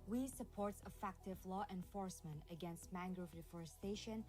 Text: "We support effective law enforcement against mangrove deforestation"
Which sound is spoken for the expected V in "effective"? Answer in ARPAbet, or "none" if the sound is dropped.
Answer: V